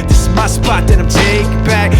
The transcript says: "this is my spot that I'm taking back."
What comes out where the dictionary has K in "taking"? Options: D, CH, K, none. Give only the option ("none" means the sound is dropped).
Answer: none